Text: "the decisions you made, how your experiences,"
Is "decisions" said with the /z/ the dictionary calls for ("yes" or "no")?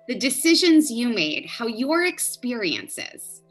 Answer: yes